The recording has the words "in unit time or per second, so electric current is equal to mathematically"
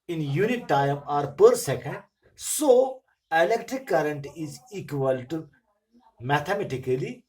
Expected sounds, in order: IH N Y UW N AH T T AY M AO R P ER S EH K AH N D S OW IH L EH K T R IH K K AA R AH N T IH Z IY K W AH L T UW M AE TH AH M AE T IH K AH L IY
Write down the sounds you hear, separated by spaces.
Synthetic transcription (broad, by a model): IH N Y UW N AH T T AY M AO R P ER S EH K AH N D S OW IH L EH K T R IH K K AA R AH N T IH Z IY K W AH L T UW M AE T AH M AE T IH K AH L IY